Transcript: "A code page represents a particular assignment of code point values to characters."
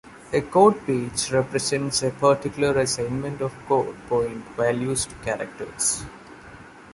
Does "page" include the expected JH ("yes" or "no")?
no